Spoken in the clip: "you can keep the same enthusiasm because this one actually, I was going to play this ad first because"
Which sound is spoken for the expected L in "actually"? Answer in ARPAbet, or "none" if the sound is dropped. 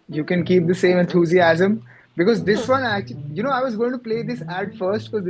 N